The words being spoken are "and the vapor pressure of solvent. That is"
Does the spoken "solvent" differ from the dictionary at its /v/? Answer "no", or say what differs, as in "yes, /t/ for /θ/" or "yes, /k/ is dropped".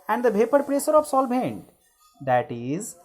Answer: yes, /b/ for /v/